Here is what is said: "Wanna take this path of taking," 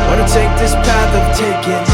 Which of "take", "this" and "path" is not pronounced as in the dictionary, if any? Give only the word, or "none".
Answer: none